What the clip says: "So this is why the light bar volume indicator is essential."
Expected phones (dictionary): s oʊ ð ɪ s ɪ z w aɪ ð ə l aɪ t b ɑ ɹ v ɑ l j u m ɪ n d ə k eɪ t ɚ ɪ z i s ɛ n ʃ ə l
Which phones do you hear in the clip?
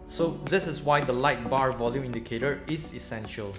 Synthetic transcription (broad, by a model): s oʊ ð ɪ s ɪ s w aɪ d ə l aɪ t b ɑ ɹ v ɑ l j u m ɪ n d ə k eɪ t ɚ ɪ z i s ɛ n ʃ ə l